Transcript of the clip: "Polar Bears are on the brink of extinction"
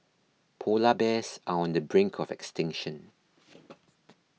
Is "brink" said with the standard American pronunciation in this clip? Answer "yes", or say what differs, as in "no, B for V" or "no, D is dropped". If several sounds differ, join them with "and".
yes